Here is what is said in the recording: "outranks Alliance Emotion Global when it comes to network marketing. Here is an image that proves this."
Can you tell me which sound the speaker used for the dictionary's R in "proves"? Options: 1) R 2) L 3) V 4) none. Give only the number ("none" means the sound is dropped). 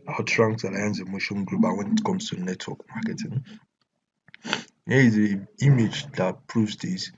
1